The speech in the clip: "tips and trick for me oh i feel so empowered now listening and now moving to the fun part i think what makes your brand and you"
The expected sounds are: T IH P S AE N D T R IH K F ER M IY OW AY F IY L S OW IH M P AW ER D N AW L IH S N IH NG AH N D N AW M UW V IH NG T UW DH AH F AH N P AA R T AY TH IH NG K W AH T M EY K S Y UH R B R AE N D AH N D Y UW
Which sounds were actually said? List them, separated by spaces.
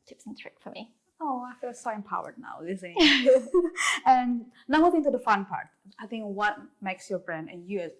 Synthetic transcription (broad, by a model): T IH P S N T R IH K F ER M IY OW AY F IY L S OW IH M P AW ER D N AW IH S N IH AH N N AW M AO IH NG T UW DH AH F AH N P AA R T AY TH IH NG K W AH T M EY K S Y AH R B R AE N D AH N Y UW